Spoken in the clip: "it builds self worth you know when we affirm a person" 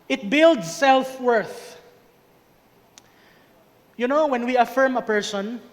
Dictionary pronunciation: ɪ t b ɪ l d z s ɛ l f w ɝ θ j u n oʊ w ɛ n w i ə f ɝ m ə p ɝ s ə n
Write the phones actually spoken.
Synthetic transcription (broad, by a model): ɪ t b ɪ l d s ɛ l f w ɝ θ j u n oʊ w ɛ n w i ə f ɝ m ə p ɝ s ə n